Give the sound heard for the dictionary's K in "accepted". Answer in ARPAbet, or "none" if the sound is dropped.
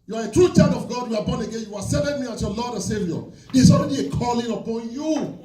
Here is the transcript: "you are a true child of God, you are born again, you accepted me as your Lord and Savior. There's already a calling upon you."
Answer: none